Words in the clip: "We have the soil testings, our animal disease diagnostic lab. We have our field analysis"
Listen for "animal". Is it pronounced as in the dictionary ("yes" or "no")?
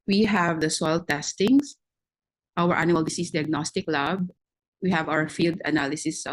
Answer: no